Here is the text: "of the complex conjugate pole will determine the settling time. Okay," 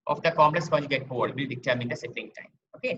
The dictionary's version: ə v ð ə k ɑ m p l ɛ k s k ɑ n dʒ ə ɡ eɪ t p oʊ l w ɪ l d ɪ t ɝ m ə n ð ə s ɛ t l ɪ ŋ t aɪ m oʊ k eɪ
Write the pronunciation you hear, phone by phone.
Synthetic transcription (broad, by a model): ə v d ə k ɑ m l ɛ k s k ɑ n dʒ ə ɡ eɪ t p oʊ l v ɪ l d ɪ t ɝ m ə n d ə s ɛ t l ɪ ŋ t aɪ m oʊ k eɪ